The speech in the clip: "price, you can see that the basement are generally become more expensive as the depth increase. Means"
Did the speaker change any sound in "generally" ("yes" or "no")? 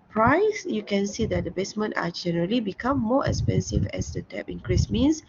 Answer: no